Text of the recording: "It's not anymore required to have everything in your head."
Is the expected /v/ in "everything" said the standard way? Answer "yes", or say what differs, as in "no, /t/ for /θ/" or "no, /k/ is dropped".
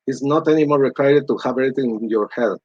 no, /v/ is dropped